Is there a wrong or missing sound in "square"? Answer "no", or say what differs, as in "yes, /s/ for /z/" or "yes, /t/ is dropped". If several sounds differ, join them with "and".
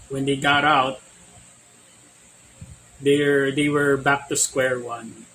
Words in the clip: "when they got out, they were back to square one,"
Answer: no